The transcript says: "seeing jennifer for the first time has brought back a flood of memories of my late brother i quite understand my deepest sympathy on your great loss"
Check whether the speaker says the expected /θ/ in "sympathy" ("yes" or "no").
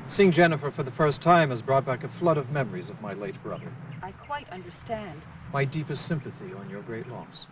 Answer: yes